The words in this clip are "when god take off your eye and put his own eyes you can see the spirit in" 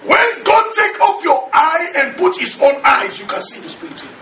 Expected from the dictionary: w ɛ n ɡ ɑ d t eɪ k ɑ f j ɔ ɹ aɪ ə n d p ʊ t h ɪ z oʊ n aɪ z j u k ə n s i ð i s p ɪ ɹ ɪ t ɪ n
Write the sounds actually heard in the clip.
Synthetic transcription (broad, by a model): w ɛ n ɡ ɑ d t eɪ k ɑ f j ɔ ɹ aɪ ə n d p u t h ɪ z oʊ n aɪ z j u k ə n s i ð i s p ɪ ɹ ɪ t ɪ